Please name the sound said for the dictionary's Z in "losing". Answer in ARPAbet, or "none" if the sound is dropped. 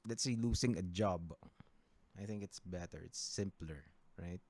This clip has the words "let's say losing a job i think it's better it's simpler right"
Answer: S